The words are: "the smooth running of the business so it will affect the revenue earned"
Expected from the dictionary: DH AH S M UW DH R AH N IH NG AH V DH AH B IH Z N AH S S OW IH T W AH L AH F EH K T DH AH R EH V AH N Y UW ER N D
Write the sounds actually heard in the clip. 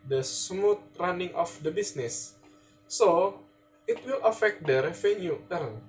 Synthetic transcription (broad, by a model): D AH S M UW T R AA N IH NG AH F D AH B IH S N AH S S OW IH T W AH L AH F EH K T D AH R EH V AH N Y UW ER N